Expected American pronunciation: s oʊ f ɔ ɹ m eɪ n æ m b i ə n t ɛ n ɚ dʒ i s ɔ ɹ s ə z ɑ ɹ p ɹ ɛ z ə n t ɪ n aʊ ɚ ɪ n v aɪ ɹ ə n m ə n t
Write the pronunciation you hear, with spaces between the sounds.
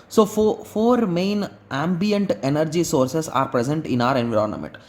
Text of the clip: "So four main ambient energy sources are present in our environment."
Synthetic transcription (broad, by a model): s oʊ f ɔ ɹ m eɪ n æ m b i ə n t ɛ n ɚ dʒ i s ɔ ɹ s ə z ɑ ɹ p ɹ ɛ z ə n t ɪ n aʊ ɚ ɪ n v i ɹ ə n m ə n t